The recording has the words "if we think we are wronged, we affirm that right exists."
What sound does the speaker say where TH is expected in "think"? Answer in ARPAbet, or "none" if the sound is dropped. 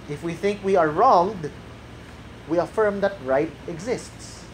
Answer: TH